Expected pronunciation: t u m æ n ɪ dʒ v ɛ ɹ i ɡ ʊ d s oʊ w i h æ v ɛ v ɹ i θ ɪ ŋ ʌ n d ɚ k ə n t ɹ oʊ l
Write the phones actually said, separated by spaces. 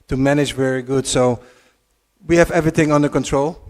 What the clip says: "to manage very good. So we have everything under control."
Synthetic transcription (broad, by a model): t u m æ n ɪ dʒ v ɛ ɹ i ɡ ʊ d s oʊ w i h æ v ɛ v ɹ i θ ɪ ŋ ʌ n d ɚ k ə n t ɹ oʊ l